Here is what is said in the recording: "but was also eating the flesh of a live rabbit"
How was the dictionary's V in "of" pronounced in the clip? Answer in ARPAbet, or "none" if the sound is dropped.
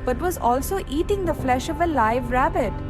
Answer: V